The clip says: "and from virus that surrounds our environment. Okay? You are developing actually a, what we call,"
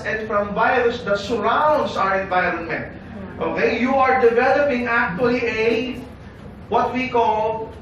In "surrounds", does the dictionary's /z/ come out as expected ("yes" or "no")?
no